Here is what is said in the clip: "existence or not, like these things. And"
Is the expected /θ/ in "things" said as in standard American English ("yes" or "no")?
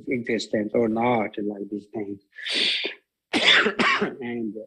no